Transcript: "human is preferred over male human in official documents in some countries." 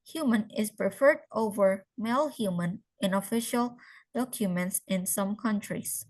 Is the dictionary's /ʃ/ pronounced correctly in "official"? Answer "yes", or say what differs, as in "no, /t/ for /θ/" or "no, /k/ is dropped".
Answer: yes